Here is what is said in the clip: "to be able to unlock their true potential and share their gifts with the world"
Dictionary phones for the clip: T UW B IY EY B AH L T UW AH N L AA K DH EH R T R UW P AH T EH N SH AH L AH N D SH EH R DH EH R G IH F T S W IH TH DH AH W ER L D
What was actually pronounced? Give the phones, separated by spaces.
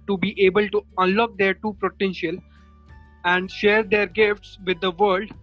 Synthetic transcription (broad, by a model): T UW B IY EY B AH L T UW AH N L AA K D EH R T UW P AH T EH N SH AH L AH N D SH EH R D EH R G IH F T S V IH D AH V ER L D